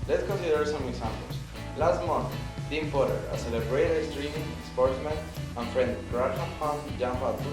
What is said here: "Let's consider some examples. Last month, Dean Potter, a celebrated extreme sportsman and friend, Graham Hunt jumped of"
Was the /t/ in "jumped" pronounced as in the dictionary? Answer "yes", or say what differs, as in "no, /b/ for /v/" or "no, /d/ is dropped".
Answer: no, /t/ is dropped